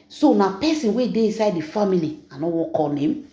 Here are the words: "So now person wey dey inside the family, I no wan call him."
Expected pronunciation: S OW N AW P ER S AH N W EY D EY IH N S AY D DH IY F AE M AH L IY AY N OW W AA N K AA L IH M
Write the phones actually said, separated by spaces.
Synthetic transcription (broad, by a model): S OW N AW P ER S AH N W EY D EY IH N S AY D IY F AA M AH L IY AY N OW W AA K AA N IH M